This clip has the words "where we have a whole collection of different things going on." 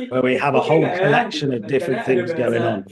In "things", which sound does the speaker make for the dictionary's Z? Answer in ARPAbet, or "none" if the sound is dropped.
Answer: Z